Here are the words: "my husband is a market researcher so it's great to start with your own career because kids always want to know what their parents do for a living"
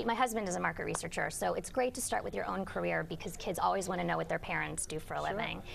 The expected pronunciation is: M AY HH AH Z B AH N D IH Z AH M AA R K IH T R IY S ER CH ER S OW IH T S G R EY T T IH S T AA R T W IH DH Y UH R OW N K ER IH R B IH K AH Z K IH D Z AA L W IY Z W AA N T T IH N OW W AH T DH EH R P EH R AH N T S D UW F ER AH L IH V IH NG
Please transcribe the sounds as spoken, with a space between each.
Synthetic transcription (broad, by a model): M AY HH AH Z B AH N D IH Z AH M AA R K IH T R IY S ER CH ER S OW IH T S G R EY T T IH S T AA R T W IH DH Y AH R OW N K ER IH R B IH K AH Z K IH D Z AA L W IY Z W AA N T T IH N OW W AH T DH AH R P EH R AH N T S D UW F ER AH L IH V IH NG